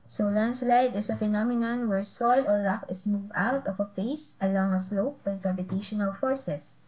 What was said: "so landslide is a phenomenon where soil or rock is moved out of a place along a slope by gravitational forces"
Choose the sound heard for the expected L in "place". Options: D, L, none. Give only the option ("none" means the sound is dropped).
none